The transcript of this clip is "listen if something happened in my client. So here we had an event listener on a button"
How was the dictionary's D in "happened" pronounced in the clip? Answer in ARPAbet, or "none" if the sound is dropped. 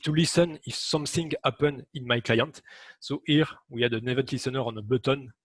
none